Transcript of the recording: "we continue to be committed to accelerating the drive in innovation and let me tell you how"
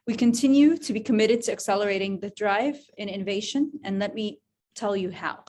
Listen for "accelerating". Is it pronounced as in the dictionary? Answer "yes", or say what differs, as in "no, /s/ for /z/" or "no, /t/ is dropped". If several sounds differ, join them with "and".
yes